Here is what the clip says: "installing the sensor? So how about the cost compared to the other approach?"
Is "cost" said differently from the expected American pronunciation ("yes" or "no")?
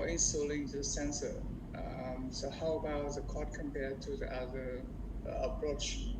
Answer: yes